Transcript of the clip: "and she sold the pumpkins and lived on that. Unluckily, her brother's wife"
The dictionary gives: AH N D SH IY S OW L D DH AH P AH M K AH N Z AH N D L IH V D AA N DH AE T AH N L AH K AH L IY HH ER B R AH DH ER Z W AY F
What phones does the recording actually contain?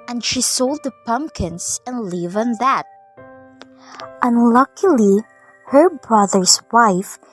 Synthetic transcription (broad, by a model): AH N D SH IY S OW L D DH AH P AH M K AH N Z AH N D L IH V AA N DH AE T AH N L AH K AH L IY HH ER B R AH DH ER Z W AY F